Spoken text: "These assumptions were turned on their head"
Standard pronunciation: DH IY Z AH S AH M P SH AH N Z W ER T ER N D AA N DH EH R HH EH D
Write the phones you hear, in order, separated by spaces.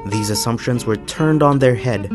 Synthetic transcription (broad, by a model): DH IY Z AH S AH M P SH AH N Z W ER T ER N D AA N DH EH R HH EH D